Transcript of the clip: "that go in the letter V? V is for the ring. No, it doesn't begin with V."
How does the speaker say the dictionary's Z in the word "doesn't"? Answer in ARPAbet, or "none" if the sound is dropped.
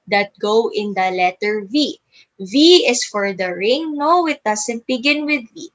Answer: S